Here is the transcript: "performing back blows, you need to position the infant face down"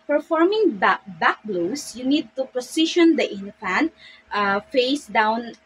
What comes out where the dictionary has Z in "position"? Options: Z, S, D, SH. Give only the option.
S